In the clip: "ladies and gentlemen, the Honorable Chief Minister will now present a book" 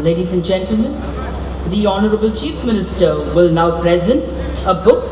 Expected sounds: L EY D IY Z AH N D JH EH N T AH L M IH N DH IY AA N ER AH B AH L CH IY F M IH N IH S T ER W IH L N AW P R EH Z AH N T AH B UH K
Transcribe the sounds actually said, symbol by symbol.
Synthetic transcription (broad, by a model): L EY D IY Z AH N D JH EH N T AH L M IH N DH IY AA N ER AH B AH L CH IY F M IH N IH S T ER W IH L N AW P R EH Z AH N T AH B UH K